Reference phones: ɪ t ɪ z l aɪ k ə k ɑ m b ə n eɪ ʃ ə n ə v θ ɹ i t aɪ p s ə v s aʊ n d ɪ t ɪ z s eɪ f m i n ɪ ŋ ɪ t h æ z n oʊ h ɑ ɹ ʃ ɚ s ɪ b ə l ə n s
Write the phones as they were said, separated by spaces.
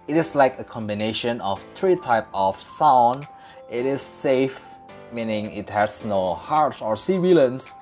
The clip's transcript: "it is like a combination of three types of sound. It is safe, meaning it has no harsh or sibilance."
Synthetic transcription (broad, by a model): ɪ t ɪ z l aɪ k ə k ɑ m b ə n eɪ ʃ ə n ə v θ ɹ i t aɪ p ə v s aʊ n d ɪ t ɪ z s eɪ f m i n ɪ ŋ ɪ t h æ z n oʊ h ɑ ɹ s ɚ s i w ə l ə n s